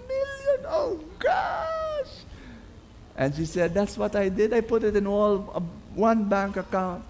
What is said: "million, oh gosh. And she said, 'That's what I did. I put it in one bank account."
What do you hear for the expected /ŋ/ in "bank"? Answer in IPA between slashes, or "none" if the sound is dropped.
/ŋ/